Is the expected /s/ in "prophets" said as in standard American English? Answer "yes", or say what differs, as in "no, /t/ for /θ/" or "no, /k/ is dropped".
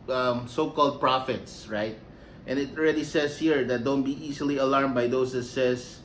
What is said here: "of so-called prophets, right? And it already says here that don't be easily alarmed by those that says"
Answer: yes